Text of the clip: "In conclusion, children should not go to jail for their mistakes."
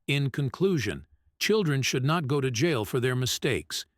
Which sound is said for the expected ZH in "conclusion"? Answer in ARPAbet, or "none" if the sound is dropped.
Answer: ZH